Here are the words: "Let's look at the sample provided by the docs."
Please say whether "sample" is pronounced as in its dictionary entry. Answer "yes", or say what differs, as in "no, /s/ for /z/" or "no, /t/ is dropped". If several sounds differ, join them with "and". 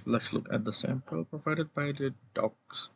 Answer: yes